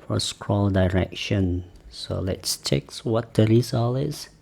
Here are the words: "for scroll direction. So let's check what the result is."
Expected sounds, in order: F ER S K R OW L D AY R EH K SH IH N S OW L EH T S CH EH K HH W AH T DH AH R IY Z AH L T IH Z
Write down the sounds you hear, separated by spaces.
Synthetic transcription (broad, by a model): F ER S K R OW L D AY R EH K SH IH N S OW L EH T S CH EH K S W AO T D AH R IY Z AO L IH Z